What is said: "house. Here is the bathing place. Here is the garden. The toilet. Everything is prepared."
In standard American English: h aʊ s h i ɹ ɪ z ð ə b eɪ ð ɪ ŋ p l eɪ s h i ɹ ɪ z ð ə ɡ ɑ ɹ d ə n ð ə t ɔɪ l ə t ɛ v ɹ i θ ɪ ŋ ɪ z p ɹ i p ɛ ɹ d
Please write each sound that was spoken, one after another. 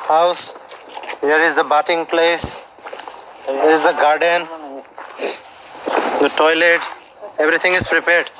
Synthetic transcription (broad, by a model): h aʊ s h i ɹ ɪ z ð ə b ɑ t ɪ ŋ p l eɪ s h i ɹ ɪ z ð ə ɡ ɑ ɹ d ə n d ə t ɔɪ l ə t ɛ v ɹ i t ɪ ŋ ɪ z p ɹ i p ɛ ɹ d